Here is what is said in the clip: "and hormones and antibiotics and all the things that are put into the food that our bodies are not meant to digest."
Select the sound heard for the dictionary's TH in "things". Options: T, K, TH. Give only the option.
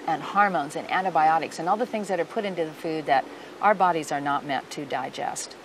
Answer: TH